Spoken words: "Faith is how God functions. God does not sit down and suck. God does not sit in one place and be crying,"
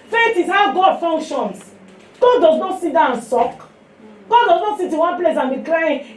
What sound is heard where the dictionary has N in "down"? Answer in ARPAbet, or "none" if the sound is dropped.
none